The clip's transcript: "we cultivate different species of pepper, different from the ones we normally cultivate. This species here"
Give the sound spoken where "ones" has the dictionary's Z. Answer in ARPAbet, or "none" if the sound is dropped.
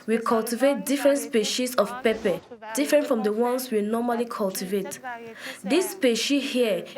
S